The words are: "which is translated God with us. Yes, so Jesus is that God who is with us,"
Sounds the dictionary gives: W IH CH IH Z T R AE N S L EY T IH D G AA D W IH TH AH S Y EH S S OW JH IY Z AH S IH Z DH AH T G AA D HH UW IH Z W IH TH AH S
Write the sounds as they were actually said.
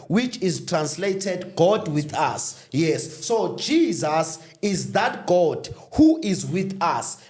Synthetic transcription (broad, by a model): W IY CH IH Z T R AE N S L EY T IH D G AA D W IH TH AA S Y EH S S OW JH IY Z AH S IH Z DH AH T G AA D HH UW IH Z W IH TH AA S